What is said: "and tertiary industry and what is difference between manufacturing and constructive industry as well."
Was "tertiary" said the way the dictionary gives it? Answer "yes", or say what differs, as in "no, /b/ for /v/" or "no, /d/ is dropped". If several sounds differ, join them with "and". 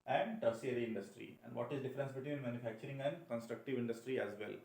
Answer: no, /s/ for /ʃ/